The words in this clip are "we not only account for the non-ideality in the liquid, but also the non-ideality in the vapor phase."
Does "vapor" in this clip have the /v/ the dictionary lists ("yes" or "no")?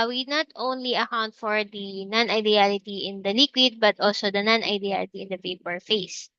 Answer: no